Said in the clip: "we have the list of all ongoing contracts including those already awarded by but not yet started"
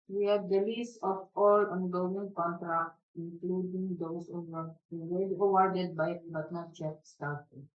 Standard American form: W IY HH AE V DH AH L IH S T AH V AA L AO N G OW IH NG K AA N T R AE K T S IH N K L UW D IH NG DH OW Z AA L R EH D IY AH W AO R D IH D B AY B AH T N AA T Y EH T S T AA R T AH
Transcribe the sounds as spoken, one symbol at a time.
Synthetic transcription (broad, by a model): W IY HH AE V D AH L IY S AH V AA L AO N G OW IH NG K AA N T R AE K T S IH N K L UW D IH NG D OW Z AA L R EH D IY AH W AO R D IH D B AY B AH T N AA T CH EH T S T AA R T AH